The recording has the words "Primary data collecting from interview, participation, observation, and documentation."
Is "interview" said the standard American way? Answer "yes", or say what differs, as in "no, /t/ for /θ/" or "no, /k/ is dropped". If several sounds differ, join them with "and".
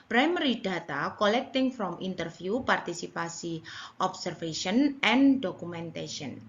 no, /f/ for /v/